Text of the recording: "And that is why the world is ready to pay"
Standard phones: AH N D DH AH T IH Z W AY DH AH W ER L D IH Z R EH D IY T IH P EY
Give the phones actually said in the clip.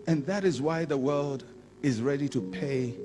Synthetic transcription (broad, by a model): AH N DH AH T IH Z W AY DH AH W ER L D IH Z R EH D IY T IH P EY